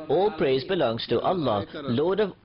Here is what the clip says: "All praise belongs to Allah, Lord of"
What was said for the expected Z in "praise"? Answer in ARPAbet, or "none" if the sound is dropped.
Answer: Z